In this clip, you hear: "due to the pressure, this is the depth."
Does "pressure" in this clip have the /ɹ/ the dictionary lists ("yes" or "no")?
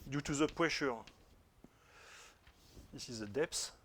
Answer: no